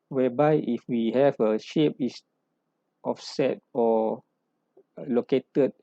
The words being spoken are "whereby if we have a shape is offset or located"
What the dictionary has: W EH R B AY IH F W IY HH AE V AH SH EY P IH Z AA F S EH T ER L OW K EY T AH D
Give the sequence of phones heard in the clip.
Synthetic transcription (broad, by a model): W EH B AY IH F W IY HH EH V AH SH EY P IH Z AA F S EH T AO L OW K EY T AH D